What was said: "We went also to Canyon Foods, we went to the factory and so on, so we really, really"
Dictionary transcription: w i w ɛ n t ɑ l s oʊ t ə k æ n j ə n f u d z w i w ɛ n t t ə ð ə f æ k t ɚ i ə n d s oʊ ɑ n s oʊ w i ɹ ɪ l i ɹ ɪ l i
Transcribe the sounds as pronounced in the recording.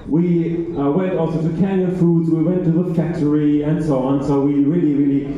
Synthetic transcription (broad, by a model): w i w ɛ n t ɑ l s oʊ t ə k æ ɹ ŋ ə f u d z w i w ɛ n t t ə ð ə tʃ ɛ t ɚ i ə n s oʊ ɑ n s oʊ w i ɹ ɪ l i ɹ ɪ l i